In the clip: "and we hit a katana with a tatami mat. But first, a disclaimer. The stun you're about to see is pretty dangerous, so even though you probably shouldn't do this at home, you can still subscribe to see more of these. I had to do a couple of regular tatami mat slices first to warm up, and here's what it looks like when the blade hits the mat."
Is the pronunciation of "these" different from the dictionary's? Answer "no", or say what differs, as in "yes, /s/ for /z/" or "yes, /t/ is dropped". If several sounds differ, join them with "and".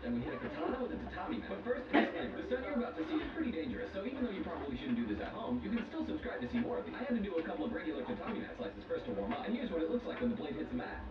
yes, /z/ is dropped